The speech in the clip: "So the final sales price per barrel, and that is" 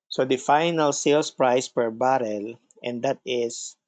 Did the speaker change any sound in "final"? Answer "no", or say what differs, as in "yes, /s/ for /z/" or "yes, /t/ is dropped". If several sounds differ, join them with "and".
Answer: no